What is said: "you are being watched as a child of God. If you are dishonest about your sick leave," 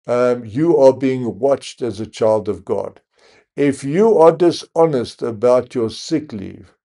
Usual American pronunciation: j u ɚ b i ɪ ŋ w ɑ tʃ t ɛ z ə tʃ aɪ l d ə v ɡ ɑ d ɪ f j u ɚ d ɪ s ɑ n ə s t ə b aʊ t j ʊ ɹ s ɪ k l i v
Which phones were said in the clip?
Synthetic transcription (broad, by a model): j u ɚ b i ɪ ŋ w ɑ tʃ t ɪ z ə tʃ aɪ l d ə v ɡ ɑ d ɪ f j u ɚ d ɪ s ɑ n ə s t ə b aʊ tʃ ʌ ɹ s ɪ k l i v